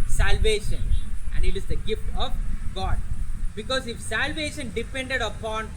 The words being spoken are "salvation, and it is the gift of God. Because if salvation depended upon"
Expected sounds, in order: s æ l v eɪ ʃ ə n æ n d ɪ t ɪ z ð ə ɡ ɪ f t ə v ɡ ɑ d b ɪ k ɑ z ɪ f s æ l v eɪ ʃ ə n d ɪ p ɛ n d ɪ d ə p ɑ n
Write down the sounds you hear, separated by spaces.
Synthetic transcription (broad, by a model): s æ l v eɪ ʃ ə n æ n d ɪ t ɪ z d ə ɡ ɪ f t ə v ɡ ɑ d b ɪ k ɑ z ɪ f s æ l v eɪ ʃ ə n d ɪ p ɛ n d ɪ d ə p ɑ n